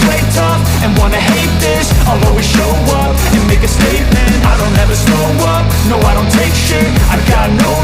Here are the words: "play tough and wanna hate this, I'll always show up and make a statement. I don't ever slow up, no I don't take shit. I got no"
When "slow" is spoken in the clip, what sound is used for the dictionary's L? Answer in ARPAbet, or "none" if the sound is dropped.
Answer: none